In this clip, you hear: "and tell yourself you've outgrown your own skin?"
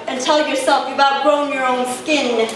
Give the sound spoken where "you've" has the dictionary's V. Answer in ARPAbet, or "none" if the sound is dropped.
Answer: B